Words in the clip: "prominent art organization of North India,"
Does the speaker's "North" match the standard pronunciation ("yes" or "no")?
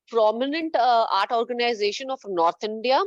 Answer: no